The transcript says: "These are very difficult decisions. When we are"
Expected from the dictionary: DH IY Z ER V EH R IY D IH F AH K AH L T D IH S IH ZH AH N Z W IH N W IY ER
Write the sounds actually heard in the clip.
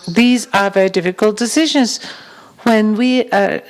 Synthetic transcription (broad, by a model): DH IY Z ER V EH R IY D IH F AH K AH L T D IH S IH ZH AH N Z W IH N W IY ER